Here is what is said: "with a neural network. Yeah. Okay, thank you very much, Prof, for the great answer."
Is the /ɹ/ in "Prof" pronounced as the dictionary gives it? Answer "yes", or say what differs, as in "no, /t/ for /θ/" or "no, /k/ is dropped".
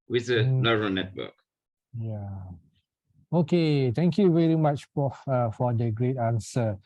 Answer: no, /ɹ/ is dropped